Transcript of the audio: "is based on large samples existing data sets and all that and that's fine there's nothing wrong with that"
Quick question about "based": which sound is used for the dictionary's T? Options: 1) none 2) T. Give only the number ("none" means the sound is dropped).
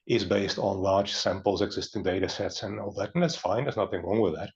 2